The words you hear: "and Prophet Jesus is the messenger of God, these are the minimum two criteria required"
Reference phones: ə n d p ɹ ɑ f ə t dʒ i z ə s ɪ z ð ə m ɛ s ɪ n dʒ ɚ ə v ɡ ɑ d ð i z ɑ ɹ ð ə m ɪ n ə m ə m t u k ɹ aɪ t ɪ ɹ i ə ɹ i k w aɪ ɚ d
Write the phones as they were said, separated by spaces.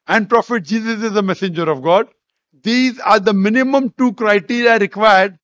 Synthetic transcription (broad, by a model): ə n d p ɹ ɑ f ə t dʒ i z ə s ɪ z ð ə m ɛ s ɪ n dʒ ɚ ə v ɡ ɑ d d i z ɑ ɹ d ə m ɪ n ə m ə m t u k ɹ aɪ t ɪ ɹ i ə ɹ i k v aɪ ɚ d